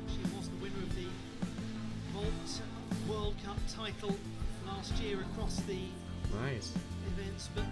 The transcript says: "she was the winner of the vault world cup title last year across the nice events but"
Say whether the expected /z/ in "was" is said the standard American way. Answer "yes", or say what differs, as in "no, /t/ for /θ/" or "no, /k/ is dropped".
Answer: yes